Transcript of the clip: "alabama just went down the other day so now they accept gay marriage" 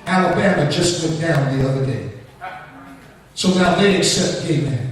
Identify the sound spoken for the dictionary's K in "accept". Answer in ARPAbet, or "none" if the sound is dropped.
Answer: K